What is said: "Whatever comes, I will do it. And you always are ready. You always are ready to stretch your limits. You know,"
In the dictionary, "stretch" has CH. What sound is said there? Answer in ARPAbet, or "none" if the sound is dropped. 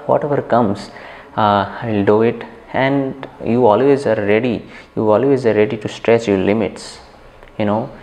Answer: S